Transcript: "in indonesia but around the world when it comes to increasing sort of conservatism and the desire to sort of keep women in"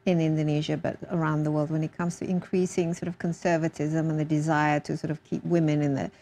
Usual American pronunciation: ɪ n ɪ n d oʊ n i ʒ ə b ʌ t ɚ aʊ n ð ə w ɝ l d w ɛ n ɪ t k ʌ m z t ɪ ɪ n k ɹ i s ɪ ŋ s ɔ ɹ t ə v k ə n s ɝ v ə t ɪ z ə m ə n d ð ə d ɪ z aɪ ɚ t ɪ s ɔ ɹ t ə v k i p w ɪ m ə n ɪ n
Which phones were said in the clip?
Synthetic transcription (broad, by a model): ɪ n ɪ n d oʊ n i ʒ ə b ʌ t ɚ aʊ n ð ə w ɝ l d w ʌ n ɪ t k ʌ m z t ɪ ɪ n k ɹ i s ɪ ŋ s ɔ ɹ t ə v k ə n s ɝ v ə t ɪ z ə m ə n ð ə d ɪ z aɪ ɚ t ɪ s ɔ ɹ t ə v k i p w ɪ m ə n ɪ n